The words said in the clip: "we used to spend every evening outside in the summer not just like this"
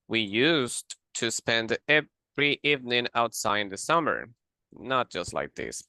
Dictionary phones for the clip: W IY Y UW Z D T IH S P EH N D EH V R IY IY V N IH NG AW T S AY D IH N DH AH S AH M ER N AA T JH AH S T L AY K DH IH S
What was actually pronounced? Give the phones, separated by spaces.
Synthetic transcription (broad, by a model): W IY Y UW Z T IH S P EH N D EH V R IY IY V N IH NG AW T S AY IH N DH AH S AH M ER N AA T JH AH S T L AY K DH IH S